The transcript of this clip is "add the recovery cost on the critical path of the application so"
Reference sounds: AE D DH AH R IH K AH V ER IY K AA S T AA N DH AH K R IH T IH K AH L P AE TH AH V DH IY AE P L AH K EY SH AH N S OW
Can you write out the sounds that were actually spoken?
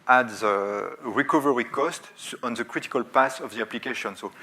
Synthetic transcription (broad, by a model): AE D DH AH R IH K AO V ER IY K AA S T AA N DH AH K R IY T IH K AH L P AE S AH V DH IY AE P L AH K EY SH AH N S OW